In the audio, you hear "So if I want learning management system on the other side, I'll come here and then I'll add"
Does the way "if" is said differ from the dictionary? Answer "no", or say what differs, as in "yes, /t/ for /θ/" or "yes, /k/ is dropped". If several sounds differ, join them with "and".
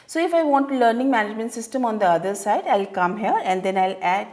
no